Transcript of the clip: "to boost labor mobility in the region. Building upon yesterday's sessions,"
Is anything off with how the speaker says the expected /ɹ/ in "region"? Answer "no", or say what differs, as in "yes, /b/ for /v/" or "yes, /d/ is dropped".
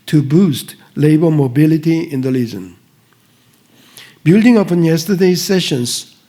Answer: yes, /l/ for /ɹ/